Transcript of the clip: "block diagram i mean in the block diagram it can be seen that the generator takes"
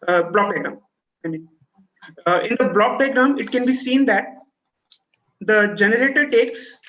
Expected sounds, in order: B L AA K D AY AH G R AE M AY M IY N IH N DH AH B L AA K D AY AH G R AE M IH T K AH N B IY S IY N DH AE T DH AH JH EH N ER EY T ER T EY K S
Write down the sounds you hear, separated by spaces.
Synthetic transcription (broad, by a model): B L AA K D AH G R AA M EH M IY IH N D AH B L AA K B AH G R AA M IH T K AH N B IY S IY N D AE T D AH JH EH N ER EY T ER T EY K S